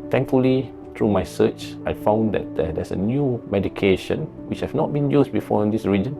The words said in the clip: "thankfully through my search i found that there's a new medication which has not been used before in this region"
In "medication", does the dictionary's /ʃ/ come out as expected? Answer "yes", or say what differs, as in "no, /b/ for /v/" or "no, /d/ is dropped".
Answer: yes